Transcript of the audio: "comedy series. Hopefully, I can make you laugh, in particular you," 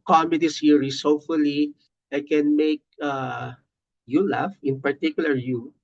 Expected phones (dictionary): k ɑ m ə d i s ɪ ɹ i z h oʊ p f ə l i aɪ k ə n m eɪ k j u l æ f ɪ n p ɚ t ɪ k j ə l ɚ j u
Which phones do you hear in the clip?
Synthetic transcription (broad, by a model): k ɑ m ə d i s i ɹ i s h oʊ f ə l i aɪ k ə n m eɪ k j u l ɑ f ɪ n p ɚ t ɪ k j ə l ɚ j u